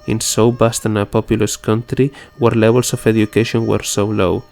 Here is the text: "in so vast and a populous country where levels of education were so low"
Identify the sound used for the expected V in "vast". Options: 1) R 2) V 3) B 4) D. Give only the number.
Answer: 3